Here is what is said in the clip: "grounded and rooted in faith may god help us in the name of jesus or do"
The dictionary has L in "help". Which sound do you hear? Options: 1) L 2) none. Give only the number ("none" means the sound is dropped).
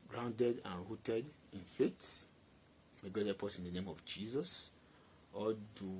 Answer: 2